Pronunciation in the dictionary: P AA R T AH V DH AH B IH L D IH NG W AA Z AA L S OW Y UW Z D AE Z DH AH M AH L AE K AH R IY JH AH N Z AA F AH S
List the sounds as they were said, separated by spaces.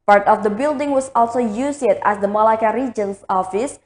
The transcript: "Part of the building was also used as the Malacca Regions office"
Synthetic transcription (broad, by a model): P AA R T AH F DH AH B IH L D IH NG W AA S AA L S OW Y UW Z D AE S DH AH M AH L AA K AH R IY JH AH N S AA F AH S